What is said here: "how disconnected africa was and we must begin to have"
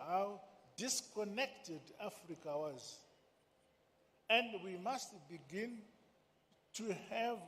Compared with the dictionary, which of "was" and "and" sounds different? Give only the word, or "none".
none